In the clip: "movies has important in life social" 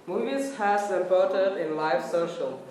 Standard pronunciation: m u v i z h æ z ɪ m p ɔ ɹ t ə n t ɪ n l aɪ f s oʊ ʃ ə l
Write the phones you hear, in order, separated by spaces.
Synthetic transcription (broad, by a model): m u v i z h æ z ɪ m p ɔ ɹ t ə t ɪ n l aɪ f s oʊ ʃ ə l